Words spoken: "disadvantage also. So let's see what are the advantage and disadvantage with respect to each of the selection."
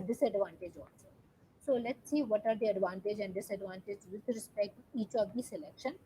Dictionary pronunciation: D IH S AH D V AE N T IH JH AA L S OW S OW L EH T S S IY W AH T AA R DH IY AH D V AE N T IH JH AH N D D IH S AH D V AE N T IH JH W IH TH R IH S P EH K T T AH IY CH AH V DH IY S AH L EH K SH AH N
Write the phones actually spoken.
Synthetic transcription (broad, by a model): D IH S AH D V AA N T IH JH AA N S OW S OW L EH T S S IY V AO T AA R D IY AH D V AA N T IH JH AH N D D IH S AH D V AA N T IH JH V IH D R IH S P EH K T T IY CH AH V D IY S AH L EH K SH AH N